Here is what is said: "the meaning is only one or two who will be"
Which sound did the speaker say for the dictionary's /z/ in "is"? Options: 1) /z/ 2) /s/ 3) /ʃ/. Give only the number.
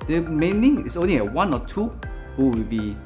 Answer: 2